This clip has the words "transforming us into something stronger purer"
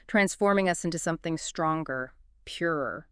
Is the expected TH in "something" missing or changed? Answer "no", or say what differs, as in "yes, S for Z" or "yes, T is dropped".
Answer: no